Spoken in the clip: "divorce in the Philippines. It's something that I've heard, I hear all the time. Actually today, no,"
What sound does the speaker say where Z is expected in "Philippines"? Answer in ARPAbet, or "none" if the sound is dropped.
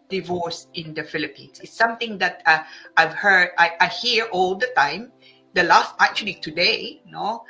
S